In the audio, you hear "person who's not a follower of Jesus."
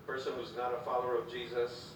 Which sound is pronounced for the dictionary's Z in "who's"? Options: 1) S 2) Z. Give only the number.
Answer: 2